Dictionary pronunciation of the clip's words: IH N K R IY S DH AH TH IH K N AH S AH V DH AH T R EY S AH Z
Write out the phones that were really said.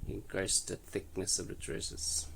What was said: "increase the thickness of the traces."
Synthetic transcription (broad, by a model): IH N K R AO S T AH TH IH K N AH S AH V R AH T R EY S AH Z